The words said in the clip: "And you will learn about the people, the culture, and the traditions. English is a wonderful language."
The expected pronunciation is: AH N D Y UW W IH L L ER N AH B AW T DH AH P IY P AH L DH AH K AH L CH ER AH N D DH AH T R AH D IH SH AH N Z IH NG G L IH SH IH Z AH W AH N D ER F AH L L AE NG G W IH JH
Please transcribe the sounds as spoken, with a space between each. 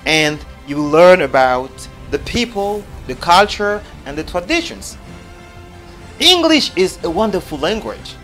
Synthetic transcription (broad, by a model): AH N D Y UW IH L L ER N AH B AW T DH AH P IY P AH L DH AH K AH L CH ER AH N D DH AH T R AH D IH SH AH N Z IH NG G L IH SH IH Z AH W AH N D ER F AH L L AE NG G W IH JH